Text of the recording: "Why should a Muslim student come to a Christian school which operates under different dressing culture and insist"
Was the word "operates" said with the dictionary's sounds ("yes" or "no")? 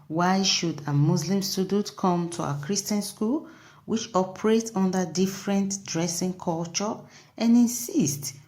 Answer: no